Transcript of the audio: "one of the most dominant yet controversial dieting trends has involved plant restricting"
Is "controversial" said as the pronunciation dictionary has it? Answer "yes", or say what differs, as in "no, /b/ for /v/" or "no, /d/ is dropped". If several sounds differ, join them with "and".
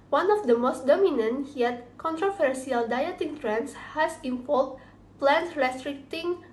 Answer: no, /s/ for /ʃ/